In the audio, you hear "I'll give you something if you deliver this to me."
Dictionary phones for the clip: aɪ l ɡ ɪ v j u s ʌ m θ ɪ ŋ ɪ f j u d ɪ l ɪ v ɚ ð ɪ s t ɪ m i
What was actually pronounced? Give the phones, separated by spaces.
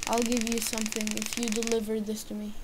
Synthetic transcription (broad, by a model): aɪ l ɡ ɪ v j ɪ s ʌ m θ ɪ ŋ ɪ f j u d ɪ l ɪ v ɚ ð ɪ s t ɪ m i